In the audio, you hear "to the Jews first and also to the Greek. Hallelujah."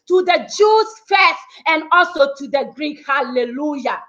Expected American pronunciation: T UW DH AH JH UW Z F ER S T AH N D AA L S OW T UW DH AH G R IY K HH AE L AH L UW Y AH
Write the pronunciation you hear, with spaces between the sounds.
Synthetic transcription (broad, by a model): T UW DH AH JH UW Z F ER S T AH N D AA L S OW T UW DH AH G R IY K HH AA L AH L UW Y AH